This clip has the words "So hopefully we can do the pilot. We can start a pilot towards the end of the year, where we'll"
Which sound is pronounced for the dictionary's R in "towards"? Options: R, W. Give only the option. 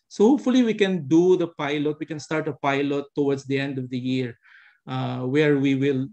W